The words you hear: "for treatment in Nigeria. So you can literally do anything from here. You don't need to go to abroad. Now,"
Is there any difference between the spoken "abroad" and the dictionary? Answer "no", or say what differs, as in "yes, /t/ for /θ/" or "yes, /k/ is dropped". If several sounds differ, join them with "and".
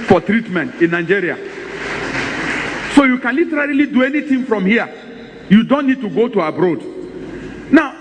no